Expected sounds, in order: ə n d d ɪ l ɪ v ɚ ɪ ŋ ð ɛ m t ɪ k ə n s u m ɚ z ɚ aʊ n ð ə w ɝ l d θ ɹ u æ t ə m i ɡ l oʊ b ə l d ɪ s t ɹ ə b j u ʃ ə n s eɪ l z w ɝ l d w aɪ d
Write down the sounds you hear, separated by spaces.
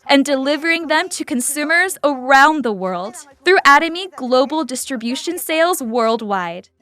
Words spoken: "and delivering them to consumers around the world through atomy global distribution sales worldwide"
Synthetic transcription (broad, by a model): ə n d d ɪ l ɪ v ɚ ɪ ŋ ð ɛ m t ɪ k ə n s u m ɚ z ɚ aʊ n ð ə w ɝ l d θ ɹ u æ t ə m i ɡ l oʊ b l d ɪ s t ɹ ə b j u ʃ ə n s eɪ l z w ɝ l d w aɪ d